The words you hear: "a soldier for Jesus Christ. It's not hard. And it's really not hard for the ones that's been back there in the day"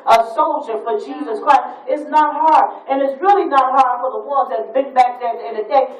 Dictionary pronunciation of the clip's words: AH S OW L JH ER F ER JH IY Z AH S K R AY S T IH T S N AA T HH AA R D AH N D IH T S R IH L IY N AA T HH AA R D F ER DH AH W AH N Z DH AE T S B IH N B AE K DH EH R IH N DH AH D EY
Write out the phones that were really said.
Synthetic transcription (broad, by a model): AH S OW L JH ER F ER JH IY Z AH S K R AY S T IH T S N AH T HH AA R D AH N IH T S R IH L IY N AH T HH AA R D F ER DH AH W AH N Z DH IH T B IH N B AE K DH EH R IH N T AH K